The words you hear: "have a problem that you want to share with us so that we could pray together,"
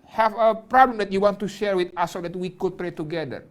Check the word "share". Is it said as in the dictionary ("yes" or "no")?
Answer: yes